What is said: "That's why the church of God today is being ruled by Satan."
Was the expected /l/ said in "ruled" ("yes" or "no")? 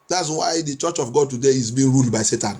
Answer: yes